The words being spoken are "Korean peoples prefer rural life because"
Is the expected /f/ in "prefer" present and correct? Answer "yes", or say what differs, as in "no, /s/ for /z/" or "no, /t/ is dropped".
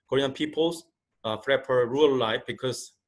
no, /p/ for /f/